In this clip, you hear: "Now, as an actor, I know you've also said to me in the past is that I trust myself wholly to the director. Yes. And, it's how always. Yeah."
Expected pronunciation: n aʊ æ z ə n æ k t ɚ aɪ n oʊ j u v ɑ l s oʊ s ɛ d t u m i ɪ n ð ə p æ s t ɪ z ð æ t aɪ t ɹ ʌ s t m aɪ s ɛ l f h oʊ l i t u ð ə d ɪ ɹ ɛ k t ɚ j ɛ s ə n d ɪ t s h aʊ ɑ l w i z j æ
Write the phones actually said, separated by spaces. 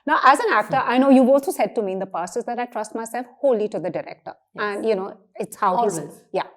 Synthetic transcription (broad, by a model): n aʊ æ z ə n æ k t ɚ aɪ n oʊ j u v ɑ l s oʊ s ɛ d t u m i ɪ n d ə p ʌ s ɪ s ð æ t aɪ t ɹ ʌ s t m aɪ s ɛ l f h oʊ l i t u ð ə d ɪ ɹ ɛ k t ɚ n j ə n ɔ ɪ t s h aʊ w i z j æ